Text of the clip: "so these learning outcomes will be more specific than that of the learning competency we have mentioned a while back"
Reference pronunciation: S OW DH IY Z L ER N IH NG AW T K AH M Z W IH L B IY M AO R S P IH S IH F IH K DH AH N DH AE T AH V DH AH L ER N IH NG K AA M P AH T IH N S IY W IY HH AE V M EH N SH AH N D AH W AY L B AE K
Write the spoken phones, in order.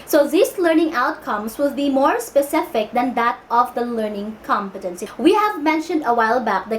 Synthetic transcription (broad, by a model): S OW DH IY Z L ER N IH NG AW T K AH M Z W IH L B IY M AO R S P IH S IH F IH K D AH N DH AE T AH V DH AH L ER N IH NG K AA M P AH T IH N S IY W IY HH AE V M EH N SH AH N D AH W AY L B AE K